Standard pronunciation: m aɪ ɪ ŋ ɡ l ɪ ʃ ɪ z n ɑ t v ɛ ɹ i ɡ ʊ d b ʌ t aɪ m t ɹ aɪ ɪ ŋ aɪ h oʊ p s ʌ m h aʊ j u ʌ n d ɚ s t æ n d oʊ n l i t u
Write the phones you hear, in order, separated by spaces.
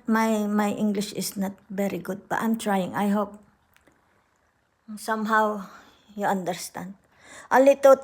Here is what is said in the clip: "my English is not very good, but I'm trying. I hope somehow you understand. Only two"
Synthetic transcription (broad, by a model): m aɪ ɪ ŋ ɡ l ɪ ʃ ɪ s n ɑ t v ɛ ɹ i ɡ ʊ d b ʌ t aɪ m t ɹ aɪ ɪ ŋ aɪ h oʊ p s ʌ m h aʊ j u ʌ n d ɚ s t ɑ n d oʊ l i t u